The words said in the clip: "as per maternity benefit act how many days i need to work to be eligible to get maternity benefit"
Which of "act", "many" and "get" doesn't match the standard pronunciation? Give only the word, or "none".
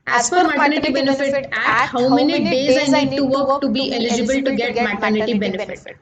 act